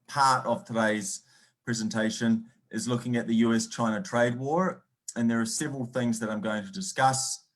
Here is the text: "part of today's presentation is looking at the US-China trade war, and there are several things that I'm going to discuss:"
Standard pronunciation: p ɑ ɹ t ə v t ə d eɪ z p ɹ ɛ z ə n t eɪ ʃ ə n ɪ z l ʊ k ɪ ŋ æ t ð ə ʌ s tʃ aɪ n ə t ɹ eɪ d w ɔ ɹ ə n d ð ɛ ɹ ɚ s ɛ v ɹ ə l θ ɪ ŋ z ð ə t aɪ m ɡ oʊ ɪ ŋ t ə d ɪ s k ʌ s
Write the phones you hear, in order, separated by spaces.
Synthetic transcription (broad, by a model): p ɑ ɹ t ə v t ə d eɪ z p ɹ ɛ z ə n t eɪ ʃ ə n ɪ z l ʊ k ɪ ŋ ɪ t ð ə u s tʃ aɪ n ə t ɹ eɪ d w ɔ ɹ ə n ð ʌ ɹ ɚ s ɛ v ɹ ə l θ ɪ ŋ z ð ə t aɪ m ɡ oʊ ɪ ŋ t ə d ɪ s k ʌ s